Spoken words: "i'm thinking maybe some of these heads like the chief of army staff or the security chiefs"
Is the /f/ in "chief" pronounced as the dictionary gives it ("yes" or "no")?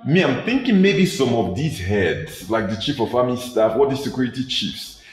yes